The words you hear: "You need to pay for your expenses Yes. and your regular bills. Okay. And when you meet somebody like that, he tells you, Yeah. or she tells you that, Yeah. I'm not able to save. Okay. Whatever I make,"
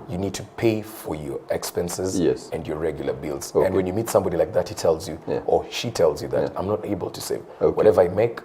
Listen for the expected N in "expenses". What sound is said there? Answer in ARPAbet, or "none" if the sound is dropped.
N